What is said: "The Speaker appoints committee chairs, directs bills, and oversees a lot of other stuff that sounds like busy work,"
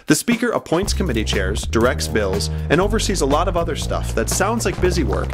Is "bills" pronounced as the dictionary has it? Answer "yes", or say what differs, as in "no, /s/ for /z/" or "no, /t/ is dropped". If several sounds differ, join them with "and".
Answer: yes